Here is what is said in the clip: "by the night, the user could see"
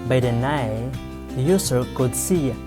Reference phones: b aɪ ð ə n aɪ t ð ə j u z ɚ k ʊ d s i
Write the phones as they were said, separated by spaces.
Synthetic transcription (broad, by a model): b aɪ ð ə n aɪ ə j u s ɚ k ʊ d s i